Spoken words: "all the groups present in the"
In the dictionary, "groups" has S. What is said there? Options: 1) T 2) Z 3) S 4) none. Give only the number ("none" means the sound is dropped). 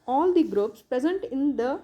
3